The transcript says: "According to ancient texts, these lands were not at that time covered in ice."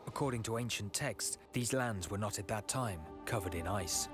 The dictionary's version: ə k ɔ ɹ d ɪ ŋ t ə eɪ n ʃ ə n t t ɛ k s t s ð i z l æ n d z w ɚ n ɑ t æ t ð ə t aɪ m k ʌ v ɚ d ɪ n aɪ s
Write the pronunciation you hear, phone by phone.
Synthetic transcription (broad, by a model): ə k ɔ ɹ d ɪ ŋ t ə eɪ n ʃ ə n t t ɛ k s s ð i z l æ n d z w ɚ n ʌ t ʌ t ð ə t aɪ m k ʌ v ɚ d ɪ n aɪ s